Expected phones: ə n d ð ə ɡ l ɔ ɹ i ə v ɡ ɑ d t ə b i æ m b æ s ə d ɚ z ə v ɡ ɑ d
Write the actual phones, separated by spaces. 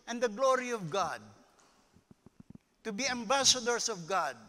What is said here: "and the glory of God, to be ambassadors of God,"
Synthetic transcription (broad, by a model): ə n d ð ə ɡ l ɔ ɹ i ə v ɡ ɑ d t ə b i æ m b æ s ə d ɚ s ə v ɡ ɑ d